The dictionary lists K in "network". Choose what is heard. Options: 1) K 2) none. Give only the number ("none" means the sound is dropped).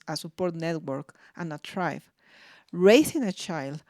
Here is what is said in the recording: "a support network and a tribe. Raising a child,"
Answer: 1